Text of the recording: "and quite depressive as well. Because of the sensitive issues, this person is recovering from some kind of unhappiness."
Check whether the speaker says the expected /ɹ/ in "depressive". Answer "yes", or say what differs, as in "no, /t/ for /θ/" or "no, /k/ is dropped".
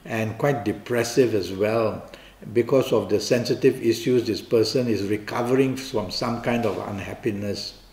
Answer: yes